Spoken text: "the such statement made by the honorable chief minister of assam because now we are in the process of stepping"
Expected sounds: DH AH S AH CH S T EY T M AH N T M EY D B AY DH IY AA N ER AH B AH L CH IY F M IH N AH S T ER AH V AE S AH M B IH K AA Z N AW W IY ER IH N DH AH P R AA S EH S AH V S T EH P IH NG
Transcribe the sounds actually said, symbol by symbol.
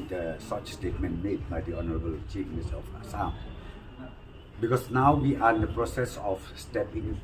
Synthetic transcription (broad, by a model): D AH S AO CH S T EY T M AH N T M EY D B AY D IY AA N ER AH B AH L CH IY F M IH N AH S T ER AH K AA S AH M B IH K AA S N AW W IY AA IH N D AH P R AA S EH S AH F S T EH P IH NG